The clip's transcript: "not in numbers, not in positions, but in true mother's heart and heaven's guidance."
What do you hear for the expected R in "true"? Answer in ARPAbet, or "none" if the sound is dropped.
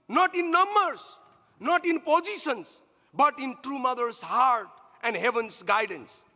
R